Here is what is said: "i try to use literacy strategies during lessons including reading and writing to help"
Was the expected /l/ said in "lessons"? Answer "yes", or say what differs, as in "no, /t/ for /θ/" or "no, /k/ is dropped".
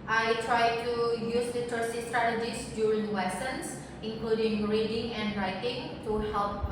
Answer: no, /w/ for /l/